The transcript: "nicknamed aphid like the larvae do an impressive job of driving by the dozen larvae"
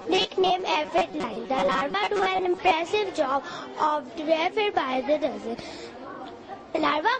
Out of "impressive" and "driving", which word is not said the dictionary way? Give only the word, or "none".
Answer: driving